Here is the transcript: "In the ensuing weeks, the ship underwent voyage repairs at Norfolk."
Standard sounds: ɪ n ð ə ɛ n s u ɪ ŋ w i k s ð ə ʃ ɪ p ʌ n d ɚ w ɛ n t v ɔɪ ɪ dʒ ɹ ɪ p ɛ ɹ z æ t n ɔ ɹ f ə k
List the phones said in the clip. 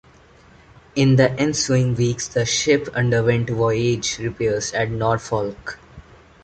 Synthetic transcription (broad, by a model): ɪ n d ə ɛ n s u ɪ ŋ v i k s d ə ʃ ɪ p ʌ n d ɚ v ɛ n t v ɔɪ ɪ dʒ ɹ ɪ p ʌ ɹ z æ t n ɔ ɹ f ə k